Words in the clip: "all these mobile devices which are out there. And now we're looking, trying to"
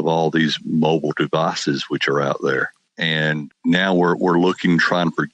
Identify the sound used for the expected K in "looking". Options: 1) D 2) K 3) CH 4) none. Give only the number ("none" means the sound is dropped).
2